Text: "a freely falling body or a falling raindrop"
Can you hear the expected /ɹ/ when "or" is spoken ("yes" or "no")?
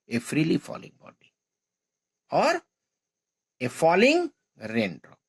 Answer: yes